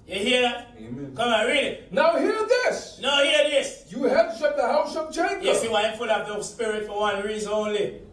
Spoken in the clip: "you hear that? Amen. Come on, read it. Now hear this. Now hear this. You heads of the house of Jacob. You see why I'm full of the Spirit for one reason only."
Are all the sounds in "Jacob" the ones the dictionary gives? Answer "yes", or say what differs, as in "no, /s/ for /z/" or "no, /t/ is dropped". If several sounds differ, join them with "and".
no, /tʃ/ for /dʒ/ and /k/ is dropped